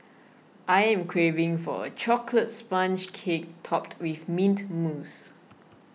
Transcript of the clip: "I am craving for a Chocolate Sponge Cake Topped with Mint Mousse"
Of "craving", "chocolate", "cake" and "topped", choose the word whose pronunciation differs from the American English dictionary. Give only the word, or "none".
none